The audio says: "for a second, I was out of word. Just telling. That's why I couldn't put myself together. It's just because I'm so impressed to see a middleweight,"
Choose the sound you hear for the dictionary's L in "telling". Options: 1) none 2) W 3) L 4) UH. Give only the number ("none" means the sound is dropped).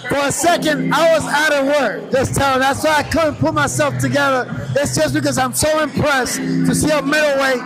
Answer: 1